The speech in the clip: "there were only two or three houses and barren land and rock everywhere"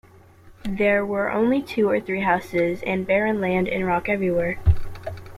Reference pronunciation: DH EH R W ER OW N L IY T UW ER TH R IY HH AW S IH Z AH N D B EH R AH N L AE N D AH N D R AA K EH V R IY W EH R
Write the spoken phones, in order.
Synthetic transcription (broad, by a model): DH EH R W ER OW N L IY T UW ER TH R IY HH AW S IH Z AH N B EH R AH N L AE N D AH N R AA K EH V R IY W EH R